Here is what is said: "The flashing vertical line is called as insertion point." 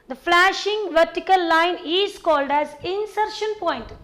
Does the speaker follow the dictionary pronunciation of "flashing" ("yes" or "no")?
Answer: yes